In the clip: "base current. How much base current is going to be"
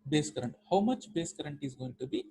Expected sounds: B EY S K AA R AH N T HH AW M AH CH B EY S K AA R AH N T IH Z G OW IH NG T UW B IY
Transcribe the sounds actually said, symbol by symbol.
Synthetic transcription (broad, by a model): B EY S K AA R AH N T HH AW M AH CH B EY S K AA R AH N T IH Z G OW IH NG T UW B IY